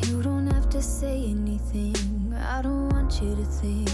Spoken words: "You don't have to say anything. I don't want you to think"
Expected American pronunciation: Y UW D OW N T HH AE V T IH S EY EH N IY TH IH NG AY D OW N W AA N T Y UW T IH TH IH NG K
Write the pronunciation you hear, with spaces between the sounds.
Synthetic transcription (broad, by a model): Y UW D OW N T HH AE F T IH S EY EH N IY TH IH NG AY D OW N W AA N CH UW T IH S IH